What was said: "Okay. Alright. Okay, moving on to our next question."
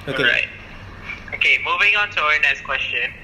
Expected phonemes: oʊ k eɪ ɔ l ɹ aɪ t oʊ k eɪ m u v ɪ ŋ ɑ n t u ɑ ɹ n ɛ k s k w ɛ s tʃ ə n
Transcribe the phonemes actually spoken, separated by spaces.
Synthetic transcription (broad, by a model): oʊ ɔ ɹ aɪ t oʊ k eɪ m u v ɪ ŋ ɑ n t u ɑ ɹ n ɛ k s k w ɛ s tʃ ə n